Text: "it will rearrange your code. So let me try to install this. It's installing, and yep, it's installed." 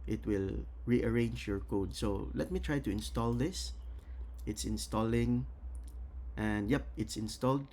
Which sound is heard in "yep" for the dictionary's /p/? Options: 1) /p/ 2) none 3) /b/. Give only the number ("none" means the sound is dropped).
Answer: 1